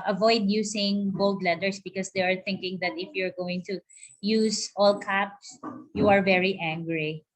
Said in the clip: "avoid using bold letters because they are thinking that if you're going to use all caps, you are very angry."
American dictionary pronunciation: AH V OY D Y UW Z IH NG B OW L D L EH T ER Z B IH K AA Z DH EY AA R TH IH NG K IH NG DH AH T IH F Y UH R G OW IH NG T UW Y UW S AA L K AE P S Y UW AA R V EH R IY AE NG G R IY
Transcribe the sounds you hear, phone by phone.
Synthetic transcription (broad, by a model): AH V OY D Y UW S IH NG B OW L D L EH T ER S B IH K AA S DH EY AA R TH IH NG K IH NG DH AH T IH F Y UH R G OW IH NG T UW Y UW S AA L K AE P S Y UW AA R V EH R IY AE NG G R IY